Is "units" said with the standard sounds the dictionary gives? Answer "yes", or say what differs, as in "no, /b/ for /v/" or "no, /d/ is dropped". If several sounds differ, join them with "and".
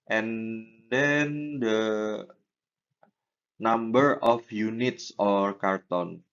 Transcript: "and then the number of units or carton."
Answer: yes